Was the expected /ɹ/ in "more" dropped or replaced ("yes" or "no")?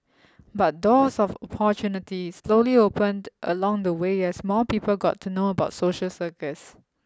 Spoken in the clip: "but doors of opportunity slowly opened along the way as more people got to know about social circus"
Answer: yes